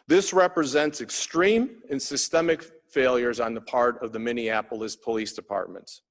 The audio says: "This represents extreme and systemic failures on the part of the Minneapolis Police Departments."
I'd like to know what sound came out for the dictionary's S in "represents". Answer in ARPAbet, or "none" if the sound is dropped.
S